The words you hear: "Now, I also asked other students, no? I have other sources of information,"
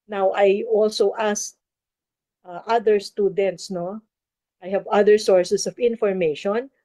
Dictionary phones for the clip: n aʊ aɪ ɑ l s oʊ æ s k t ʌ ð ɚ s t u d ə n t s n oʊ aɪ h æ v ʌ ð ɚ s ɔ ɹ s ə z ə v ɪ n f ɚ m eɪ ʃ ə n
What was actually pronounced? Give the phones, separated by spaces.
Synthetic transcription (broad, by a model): n aʊ aɪ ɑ l s oʊ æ s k t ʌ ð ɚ s t u d ə n t s n oʊ aɪ h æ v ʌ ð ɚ s ɔ ɹ s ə s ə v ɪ n f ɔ m eɪ ʃ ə n